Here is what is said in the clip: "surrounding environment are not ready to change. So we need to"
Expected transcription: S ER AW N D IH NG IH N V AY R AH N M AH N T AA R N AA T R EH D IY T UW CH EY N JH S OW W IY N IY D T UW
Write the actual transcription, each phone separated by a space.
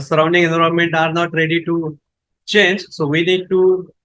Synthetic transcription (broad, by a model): S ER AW N D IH NG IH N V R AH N M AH N T AA R N AA T R EH D IY T UW CH EY N JH S OW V IY N IY D T UW